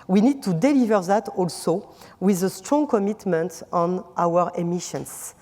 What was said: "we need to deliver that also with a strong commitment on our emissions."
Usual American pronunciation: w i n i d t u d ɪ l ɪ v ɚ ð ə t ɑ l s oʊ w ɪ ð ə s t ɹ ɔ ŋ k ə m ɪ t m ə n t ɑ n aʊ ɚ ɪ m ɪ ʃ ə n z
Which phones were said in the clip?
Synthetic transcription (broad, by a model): w i n i d t u d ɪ l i v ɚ ð ə t ɑ l s oʊ w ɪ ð ə s t ɹ ɔ ŋ k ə m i t m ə n t ɑ n aʊ ɚ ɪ m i ʃ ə n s